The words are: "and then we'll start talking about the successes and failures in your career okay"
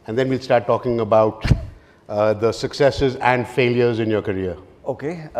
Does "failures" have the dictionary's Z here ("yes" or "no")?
yes